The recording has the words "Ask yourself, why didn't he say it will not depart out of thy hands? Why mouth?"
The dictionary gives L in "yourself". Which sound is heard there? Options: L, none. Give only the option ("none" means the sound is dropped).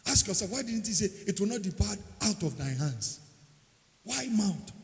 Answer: none